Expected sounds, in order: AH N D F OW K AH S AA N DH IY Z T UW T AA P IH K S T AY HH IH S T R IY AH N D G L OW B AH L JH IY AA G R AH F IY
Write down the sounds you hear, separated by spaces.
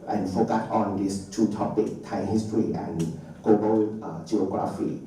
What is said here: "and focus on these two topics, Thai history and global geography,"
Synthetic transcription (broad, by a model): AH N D F OW K AH S AA N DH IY S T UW T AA P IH K T AY HH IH S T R IY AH N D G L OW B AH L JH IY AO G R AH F IY